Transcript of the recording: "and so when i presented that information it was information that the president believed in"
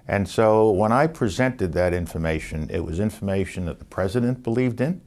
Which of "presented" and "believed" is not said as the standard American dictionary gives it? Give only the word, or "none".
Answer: none